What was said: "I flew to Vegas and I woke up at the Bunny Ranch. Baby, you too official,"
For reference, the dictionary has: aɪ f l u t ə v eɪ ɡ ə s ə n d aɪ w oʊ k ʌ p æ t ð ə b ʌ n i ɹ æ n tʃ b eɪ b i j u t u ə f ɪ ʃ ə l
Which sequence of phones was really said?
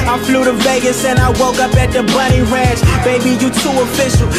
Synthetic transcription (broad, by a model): aɪ f l u t ə v eɪ ɡ ə s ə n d aɪ w oʊ k ʌ p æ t ð ə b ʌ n i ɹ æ n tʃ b eɪ b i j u t u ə f ɪ ʃ l